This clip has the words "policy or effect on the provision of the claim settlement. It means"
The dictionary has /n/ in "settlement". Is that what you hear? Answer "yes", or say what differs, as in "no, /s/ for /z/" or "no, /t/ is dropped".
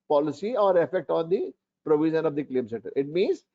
no, /n/ is dropped